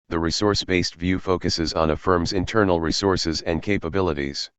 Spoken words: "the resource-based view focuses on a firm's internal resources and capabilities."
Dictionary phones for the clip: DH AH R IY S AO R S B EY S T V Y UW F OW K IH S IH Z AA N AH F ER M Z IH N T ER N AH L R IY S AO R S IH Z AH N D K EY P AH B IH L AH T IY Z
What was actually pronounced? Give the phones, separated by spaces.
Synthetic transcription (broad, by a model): DH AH R IY S AO R S B EY S T V Y UW F OW K IH S IH Z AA N AH F ER M Z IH N T ER N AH L R IY S AO R S IH Z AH N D K EY P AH B IH L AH T IY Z